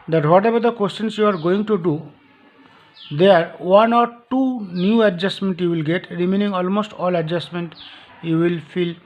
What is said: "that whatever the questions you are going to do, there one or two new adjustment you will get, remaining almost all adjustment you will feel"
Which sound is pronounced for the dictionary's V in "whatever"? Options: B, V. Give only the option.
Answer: B